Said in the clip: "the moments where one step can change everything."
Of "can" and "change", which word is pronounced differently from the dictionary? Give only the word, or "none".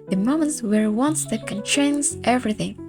change